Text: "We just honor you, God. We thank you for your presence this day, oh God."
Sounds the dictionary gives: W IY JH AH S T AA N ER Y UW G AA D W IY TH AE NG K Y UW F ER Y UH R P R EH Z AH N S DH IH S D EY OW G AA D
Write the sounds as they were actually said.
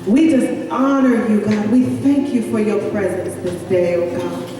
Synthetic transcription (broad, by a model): W IY JH AH S T AA N ER Y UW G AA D W IY TH AE NG K Y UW F ER Y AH R P R EH Z AH N S DH IH S D EY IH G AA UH